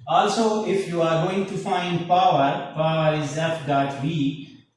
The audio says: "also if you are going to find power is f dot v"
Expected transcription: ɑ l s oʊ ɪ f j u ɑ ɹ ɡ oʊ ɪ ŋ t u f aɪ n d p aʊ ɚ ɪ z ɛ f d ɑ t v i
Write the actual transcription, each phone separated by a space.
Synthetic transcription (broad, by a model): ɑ l s oʊ ɪ f j u ɑ ɹ ɡ oʊ ɪ ŋ t u f aɪ n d p aʊ ɚ ɪ z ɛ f d ɑ t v i